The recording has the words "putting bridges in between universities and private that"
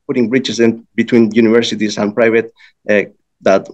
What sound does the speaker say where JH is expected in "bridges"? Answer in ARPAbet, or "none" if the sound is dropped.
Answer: CH